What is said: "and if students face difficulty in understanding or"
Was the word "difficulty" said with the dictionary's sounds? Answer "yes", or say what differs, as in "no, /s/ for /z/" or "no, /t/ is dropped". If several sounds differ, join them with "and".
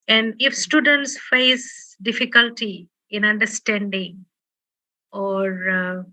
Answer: yes